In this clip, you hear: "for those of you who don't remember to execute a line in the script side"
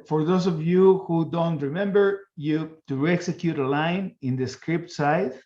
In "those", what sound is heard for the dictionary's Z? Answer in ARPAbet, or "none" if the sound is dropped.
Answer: S